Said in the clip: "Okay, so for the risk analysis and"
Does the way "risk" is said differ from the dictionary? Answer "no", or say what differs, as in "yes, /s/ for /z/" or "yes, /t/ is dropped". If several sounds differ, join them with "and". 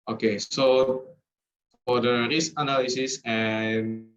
yes, /k/ is dropped